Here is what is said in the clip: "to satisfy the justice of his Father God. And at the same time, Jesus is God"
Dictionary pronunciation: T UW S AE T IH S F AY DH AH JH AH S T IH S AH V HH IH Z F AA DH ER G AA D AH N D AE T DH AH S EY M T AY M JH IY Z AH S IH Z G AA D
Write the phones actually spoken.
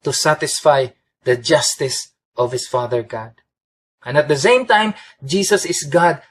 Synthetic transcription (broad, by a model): T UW S AE T IH S F AY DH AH JH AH S T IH S AH V HH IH S F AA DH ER G AA D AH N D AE T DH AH S EY M T AY M JH IY S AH S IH S G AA D